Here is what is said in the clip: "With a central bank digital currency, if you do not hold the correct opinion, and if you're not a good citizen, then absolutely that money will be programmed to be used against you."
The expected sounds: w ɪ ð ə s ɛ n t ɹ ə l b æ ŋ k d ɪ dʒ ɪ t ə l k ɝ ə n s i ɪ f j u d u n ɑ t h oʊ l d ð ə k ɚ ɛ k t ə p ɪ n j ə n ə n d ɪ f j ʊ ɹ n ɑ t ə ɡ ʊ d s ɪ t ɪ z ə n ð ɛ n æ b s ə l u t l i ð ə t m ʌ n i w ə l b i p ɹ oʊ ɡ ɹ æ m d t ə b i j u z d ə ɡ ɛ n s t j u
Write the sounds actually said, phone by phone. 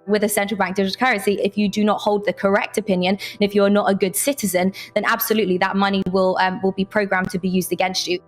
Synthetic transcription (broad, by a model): w ɪ ð ə s ɛ n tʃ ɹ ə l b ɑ ŋ k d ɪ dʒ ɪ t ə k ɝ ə n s i ɪ f j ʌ d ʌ n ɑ t h oʊ l d ð ə k ɚ ɛ k t ə p ɪ n j ə n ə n ɪ f j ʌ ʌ n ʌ t ə ɡ ʊ d s ɪ t ɪ z ə n ð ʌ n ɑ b s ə l u t l i ð ə t m ʌ n i w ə l b i p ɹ oʊ ɡ ɹ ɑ m t ə b i j u z d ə ɡ ɛ n s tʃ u